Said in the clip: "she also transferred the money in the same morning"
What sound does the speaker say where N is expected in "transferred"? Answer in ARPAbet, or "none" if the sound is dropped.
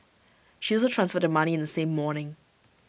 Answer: N